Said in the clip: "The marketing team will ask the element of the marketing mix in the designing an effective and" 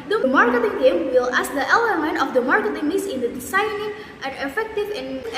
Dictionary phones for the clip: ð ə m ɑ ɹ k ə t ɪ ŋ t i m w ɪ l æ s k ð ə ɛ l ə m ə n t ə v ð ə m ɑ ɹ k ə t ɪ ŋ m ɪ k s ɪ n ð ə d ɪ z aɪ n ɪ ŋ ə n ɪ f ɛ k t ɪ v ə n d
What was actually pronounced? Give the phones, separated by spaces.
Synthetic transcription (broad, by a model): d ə m ɑ ɹ k ə t ɪ ŋ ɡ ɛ m w ɪ l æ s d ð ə ɛ l ə m ə n t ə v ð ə m ɑ ɹ k ə t ɪ ŋ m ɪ s ɪ n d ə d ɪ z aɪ n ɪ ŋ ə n ɪ f ɛ k t ɪ v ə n